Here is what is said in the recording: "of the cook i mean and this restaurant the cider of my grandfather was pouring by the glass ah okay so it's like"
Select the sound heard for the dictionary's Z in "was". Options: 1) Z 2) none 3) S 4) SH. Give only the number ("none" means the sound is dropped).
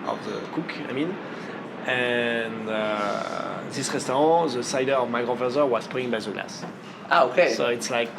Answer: 3